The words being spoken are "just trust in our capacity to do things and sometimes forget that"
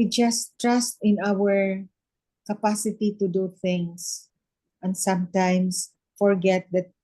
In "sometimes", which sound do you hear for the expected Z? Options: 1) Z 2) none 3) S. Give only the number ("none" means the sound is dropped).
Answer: 3